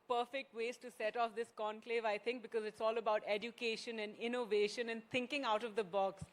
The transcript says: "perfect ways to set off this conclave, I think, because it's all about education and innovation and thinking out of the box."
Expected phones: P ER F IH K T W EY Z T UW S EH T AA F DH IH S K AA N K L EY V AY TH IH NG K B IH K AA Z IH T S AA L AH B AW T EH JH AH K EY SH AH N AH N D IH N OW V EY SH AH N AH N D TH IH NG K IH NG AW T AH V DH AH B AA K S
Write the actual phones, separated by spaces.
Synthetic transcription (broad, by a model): P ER F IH K T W EY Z T UW S EH T AA F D IH S K AA N K L EY V AY T IH NG K B IH K AA Z IH T S AA L AH B AW T EH JH AH K EY SH AH N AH N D IH N OW V EY SH AH N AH N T IH NG K IH NG AW T AH V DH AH B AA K S